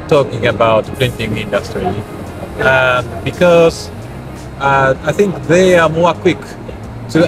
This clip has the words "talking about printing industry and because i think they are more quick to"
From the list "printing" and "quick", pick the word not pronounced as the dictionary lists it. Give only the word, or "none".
printing